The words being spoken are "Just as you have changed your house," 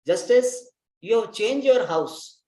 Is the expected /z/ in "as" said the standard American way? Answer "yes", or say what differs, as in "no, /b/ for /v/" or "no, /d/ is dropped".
no, /s/ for /z/